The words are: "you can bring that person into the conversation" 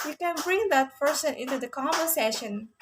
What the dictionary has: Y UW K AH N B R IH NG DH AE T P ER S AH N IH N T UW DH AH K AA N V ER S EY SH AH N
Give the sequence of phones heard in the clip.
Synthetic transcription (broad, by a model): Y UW K AH N B R IH NG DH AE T P ER S AH N IH N T UW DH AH K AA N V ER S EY SH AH N